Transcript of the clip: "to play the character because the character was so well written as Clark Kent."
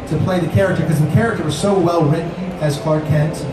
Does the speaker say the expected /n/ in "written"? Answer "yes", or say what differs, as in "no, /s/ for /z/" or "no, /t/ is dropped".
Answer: no, /n/ is dropped